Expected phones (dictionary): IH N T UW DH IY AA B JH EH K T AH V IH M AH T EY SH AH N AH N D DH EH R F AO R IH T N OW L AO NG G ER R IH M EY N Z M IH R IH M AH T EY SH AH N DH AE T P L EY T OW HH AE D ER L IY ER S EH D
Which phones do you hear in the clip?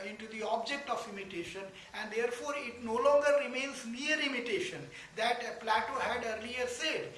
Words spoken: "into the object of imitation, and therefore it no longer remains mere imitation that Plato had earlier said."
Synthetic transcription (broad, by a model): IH N T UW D IY AA B JH EH K T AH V IH M AH T EY SH AH N AH N D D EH R F AO R IH T N OW L AO NG G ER R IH M EY N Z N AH R IH M AH T EY SH AH N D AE T P L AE T OW HH AE D ER L IY ER S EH D